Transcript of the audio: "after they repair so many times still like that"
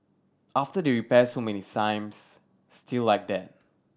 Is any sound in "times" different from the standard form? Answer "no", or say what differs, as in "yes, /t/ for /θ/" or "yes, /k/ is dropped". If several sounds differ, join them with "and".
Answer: yes, /s/ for /t/